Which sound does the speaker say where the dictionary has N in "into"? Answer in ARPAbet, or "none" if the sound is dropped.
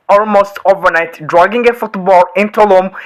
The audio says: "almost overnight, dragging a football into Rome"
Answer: N